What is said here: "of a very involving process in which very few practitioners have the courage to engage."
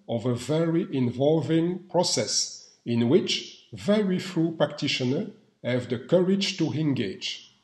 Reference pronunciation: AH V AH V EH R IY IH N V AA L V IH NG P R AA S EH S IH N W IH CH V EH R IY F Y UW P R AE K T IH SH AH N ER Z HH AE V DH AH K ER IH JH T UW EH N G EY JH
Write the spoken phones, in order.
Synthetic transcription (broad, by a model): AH V AH V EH R IY IH N V AA L V IH NG P R AA S EH S IH N W IH CH V EH R IY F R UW P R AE K T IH SH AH N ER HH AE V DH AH K ER IH JH T UW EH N G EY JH